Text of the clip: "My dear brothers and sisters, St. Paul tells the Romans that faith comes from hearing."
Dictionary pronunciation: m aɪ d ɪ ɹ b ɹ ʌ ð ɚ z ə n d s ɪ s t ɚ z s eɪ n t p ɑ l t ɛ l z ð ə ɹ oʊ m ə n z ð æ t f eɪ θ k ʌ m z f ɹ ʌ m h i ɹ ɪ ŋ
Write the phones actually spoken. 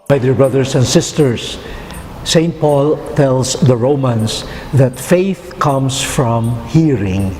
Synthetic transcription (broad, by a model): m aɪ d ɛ ɹ b ɹ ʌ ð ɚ s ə n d s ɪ s t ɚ s eɪ n t p ɑ l t ɛ l s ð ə ɹ oʊ m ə n s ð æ t f eɪ θ k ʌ m s f ɹ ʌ m h i ɹ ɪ ŋ